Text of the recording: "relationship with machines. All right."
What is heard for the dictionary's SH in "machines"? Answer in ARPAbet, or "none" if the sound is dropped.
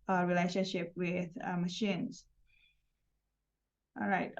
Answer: SH